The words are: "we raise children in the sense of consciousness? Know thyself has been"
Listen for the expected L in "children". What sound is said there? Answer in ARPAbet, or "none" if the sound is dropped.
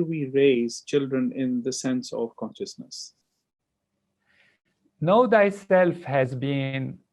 L